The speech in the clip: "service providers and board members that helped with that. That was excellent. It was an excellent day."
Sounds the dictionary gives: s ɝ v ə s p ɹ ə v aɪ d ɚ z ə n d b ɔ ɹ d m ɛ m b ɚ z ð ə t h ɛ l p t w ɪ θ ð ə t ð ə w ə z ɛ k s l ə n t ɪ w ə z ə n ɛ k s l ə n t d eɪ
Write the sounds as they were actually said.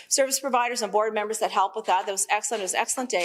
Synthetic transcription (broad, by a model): s ɝ v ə s p ɹ ə v aɪ d ɚ z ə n b ɔ ɹ d m ɛ m b ɚ z ð ə t h ɛ l p w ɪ ð ə t ð ə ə z ɛ k s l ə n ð ɪ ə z ɛ k s l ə n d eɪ